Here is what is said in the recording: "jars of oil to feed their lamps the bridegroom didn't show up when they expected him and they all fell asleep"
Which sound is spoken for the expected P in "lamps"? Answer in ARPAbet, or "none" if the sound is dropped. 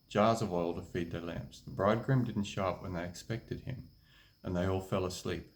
P